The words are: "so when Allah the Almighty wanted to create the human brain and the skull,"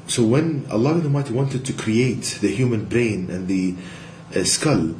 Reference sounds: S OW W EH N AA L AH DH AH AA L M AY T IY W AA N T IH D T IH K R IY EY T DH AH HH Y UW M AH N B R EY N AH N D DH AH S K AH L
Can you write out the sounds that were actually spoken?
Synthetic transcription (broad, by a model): S OW W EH N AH L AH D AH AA M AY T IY W AA N T IH D T IH K R IY EY T DH AH HH Y UW M AH N B R EY N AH N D DH AH S K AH L